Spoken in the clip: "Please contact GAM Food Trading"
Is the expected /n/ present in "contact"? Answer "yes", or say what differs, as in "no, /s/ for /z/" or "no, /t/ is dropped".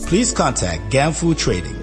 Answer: yes